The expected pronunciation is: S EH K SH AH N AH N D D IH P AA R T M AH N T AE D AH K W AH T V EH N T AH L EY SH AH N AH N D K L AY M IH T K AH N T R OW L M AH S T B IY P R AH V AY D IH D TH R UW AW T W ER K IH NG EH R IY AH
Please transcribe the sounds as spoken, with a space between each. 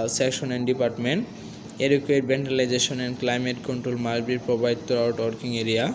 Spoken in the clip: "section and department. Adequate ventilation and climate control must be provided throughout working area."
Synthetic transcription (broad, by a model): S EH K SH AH N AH N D D IH P AA R T M AH N T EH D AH K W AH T B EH N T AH L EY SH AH N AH N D K L AY M IH T K AH N T R OW L M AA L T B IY P R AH B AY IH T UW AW T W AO K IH NG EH R IY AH